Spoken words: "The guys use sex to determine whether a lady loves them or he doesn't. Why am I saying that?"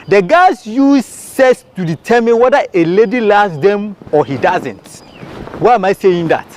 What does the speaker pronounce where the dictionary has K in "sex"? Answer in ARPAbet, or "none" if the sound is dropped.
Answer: none